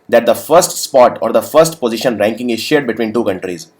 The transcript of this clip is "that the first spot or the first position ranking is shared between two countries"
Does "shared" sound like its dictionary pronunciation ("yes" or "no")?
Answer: yes